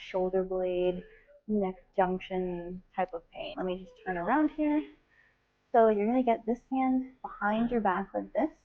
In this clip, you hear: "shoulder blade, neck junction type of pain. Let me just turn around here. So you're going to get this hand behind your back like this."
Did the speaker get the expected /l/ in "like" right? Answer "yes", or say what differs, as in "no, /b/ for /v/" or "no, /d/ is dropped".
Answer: no, /w/ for /l/